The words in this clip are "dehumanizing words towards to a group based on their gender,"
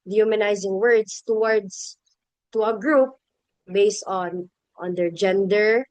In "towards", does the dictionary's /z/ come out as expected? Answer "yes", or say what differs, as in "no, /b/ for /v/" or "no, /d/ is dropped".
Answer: no, /s/ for /z/